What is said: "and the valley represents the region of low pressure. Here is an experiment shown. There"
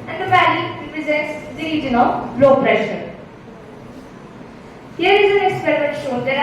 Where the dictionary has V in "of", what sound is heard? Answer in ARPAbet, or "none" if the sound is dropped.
B